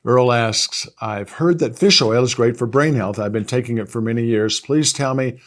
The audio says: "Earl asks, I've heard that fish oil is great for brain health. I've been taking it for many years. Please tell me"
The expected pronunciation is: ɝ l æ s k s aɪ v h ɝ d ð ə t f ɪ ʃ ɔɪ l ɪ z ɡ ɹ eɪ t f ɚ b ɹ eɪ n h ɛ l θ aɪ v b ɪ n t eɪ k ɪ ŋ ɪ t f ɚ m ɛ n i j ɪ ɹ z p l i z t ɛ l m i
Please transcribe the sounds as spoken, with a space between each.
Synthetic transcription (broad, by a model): ɝ l æ s k s aɪ v h ɝ d ð ə t f ɪ ʃ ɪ l ɪ z ɡ ɹ eɪ t f ɚ b ɹ eɪ n h ɛ l θ aɪ v b ɪ n t eɪ k ɪ ŋ ɪ t f ɚ m ɛ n i j ɪ ɹ z p l i z t ɛ l m i